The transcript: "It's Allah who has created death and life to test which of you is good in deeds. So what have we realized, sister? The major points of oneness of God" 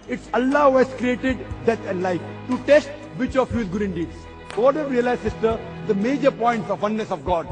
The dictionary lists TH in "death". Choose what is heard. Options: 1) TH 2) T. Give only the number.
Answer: 2